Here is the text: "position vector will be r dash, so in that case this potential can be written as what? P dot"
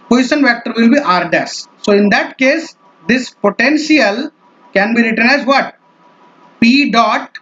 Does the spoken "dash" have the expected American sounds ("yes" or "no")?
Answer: no